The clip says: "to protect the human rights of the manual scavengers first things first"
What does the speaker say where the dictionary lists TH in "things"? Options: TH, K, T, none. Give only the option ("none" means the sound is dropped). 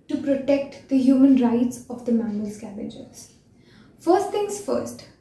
T